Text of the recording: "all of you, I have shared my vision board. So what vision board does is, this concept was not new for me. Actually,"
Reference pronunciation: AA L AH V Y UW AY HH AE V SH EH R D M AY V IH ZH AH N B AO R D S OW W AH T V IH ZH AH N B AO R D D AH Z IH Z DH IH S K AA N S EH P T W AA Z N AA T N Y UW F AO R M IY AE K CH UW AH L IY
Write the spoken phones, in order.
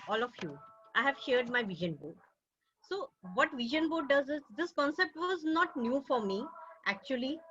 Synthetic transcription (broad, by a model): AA L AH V Y UW AY HH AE V SH EH R D M AY V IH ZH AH N B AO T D S OW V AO T V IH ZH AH N B AO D D AH Z IH Z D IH S K AA N S EH P T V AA Z N AA T N Y UW F AO R M IY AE K CH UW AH L IY